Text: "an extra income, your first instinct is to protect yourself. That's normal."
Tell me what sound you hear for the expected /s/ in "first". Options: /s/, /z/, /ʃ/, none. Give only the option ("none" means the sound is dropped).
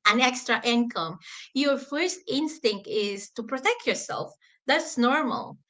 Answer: /s/